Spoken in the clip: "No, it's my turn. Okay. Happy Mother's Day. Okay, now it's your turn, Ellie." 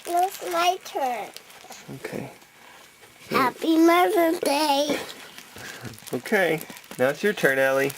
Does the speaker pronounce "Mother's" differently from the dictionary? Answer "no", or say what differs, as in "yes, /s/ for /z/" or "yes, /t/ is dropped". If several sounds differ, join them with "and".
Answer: yes, /z/ is dropped